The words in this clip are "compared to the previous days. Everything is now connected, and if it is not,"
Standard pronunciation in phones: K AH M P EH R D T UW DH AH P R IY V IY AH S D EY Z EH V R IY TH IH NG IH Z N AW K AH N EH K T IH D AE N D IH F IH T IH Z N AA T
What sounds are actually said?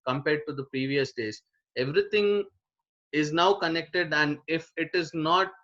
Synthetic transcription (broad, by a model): K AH M P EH R D T UW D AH P R IY V IY AH S D EY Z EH V R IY T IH NG IH Z N AW K AH N EH K T IH D AE N D IH F IH T IH Z N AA T